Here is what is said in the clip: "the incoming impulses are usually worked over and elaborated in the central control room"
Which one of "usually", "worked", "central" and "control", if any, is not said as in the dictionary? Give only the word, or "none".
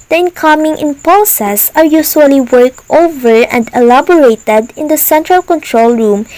usually